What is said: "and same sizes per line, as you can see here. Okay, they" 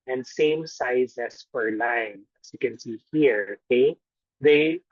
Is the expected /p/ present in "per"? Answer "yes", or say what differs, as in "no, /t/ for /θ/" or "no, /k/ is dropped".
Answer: no, /f/ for /p/